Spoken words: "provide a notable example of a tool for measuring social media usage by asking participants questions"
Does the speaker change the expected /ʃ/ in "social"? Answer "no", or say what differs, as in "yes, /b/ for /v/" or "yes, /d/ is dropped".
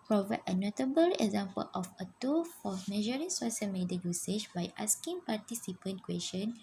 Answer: yes, /s/ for /ʃ/